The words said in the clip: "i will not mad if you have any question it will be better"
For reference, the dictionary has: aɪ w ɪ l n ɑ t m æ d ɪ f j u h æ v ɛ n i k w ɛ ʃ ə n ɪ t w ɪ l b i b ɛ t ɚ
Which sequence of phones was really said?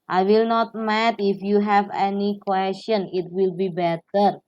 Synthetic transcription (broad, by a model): aɪ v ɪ l n ɑ t m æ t ɪ f j u h æ v ɛ n i k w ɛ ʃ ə n ɪ t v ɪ l b i b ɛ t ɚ